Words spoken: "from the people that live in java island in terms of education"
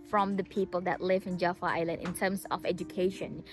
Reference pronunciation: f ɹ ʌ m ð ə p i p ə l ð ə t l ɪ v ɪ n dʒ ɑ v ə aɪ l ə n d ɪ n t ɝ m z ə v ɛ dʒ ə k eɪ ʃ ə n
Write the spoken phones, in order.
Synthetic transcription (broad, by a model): f ɹ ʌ m ð ə p i p ə l ð ə t l ɪ v ɪ n dʒ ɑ f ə aɪ l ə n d ɪ n t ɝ m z ə v ɛ dʒ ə k eɪ ʃ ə n